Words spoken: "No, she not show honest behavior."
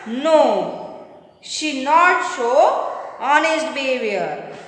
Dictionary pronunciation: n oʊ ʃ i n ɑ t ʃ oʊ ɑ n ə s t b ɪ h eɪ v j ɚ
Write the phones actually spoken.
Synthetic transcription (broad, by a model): n oʊ ʃ i n ɑ t s oʊ ɑ n ə s t b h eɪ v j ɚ